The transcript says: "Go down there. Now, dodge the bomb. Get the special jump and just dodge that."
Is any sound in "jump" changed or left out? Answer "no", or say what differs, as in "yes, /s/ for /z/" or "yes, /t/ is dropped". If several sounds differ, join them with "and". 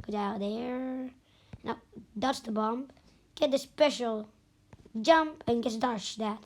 no